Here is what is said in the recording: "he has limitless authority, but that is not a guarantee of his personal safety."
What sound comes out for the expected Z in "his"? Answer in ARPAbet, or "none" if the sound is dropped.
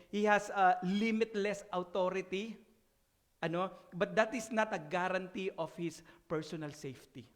S